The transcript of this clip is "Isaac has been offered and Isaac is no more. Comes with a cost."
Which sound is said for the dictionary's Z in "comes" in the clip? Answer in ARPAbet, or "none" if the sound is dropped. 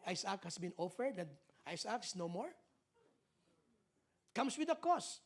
S